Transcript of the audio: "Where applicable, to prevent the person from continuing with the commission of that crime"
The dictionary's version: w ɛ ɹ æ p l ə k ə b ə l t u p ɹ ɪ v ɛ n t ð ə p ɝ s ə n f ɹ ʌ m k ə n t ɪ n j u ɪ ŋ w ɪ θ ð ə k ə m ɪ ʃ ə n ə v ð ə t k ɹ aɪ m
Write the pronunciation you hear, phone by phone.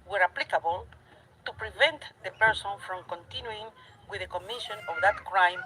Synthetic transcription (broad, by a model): w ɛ ɹ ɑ p l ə k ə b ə l t u p ɹ ɪ v ɛ n t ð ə p ɝ s ə n f ɹ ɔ m k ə n t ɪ n j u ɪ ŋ w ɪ ð ə k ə m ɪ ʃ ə n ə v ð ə t k ɹ aɪ m